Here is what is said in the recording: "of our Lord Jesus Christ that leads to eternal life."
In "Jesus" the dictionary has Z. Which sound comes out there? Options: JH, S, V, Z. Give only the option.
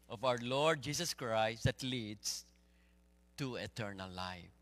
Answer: S